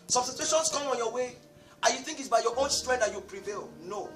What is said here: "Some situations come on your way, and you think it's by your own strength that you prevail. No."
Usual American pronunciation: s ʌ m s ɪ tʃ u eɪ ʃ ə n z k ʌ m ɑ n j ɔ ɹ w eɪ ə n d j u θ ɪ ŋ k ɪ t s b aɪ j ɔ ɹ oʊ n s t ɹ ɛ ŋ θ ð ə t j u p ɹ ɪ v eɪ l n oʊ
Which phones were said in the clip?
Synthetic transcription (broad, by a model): s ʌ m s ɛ s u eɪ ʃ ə n s k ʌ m ɑ n j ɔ w eɪ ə j u θ ɪ ŋ k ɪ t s b aɪ j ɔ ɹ oʊ n s t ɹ ɛ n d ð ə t j u p ɹ ɪ v eɪ l n oʊ